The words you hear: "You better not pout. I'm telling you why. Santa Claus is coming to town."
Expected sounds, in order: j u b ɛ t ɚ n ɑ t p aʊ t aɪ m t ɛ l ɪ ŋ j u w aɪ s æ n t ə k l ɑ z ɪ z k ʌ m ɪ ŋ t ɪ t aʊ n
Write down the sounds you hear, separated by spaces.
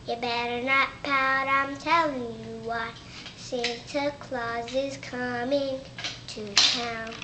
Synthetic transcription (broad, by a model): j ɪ b ɛ t ɚ n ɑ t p aʊ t aɪ m t ɛ l ɪ ŋ j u w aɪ s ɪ n s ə k l ɑ z ɪ z k ʌ m ɪ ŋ t ɪ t aʊ n